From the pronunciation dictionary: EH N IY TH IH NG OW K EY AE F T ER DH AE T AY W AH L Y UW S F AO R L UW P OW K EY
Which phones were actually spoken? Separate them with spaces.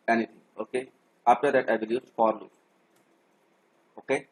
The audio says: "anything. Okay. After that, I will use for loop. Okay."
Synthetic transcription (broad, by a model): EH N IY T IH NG OW K EY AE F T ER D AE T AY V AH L Y UW S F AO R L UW OW K EY